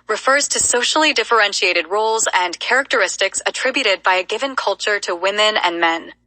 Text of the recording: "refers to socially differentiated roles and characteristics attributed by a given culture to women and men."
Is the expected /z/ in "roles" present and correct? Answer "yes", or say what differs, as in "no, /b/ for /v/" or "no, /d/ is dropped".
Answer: yes